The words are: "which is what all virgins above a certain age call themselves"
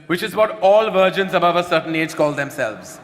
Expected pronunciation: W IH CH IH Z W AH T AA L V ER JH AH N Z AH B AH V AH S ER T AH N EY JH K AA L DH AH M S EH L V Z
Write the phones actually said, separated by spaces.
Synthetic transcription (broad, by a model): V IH CH IH Z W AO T AA L V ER JH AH N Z AH B AH V AH S ER T AH N EY JH K AA L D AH M S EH L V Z